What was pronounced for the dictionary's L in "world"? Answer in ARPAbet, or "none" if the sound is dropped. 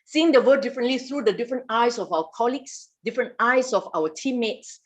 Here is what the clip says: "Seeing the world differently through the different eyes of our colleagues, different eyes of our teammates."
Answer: none